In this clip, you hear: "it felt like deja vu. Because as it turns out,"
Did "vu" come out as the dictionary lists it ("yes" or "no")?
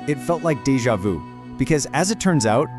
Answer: yes